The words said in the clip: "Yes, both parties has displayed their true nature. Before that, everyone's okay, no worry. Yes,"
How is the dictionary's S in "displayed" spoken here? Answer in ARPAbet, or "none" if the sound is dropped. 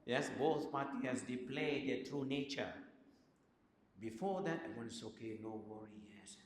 none